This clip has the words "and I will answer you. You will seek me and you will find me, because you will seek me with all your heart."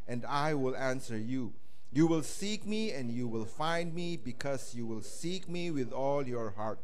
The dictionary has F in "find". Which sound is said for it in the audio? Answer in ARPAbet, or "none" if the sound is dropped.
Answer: F